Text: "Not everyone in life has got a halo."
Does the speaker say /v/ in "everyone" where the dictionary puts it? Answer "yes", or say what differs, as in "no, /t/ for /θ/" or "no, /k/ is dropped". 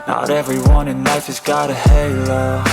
yes